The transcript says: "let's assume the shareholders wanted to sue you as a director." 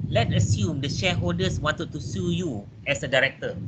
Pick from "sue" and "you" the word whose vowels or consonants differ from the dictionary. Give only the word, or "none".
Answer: none